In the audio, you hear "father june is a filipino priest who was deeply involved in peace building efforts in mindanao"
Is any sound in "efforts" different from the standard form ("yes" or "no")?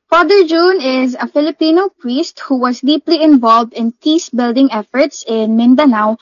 no